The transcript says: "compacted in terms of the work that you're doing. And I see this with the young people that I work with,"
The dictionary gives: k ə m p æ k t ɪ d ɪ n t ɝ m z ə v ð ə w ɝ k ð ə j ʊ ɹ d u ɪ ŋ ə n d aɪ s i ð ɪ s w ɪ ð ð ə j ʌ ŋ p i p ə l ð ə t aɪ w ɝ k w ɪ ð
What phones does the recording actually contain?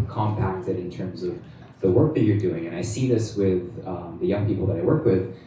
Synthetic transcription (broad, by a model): k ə m p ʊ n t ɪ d ɪ n t ɝ m z ə v ð ə w ɝ k ð ə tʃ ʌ ɹ d u ɪ ŋ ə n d aɪ s i ð ɪ s w ɪ ð ð ə j ʌ ŋ p i p l ð ə t aɪ w ɝ k w ɪ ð